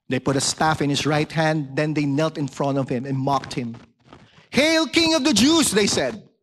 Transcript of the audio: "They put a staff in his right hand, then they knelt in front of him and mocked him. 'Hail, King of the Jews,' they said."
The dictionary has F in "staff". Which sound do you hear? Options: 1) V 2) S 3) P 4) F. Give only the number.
4